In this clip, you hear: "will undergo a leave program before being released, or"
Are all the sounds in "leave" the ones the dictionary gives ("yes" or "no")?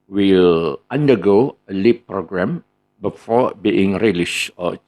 no